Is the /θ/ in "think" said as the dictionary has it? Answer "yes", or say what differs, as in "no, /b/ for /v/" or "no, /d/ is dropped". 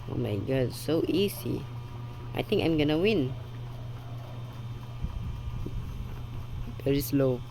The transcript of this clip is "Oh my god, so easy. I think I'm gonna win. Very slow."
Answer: no, /t/ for /θ/